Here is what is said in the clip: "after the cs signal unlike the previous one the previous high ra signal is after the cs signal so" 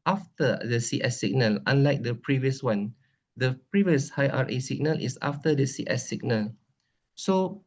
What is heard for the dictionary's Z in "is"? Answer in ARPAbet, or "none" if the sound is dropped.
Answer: S